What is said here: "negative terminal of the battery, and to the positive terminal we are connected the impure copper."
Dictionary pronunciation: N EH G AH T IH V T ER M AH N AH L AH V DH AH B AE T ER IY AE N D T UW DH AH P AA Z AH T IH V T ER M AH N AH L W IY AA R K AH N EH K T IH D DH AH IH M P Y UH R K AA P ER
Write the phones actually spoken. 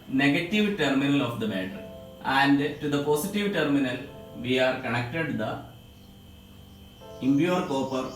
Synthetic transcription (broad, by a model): N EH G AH T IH V T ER M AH N AH L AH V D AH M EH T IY AE N D T UW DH AH P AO S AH T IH V T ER M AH N AH L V IY AA R K AH N EH K T IH D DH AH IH M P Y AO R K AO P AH